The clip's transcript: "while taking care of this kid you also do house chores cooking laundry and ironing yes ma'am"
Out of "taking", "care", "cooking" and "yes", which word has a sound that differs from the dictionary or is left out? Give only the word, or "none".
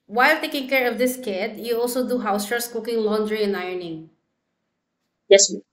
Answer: none